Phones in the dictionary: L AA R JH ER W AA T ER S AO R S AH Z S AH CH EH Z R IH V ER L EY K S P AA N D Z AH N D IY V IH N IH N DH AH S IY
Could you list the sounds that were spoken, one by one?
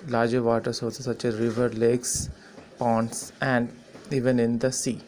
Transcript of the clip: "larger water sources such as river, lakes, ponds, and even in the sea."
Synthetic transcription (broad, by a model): L AA R JH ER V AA T ER S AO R S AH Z S AH CH EH Z R IH V ER L EY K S P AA N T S AH N D IY V IH N IH N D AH S IY